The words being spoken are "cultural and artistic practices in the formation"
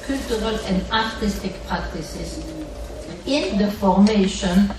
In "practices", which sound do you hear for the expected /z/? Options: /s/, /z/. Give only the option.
/s/